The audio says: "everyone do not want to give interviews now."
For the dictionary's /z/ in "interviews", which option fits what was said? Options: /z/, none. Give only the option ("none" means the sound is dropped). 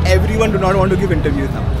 none